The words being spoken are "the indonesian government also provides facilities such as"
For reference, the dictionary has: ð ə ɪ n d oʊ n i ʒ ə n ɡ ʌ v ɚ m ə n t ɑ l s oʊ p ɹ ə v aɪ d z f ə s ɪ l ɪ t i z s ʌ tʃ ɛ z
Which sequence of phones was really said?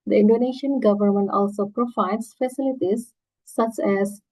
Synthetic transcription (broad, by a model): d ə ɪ n d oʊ n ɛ ʃ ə n ɡ ʌ v ɚ m ə n t ɑ l s oʊ p ɹ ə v aɪ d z f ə s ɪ l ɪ t i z s ʌ tʃ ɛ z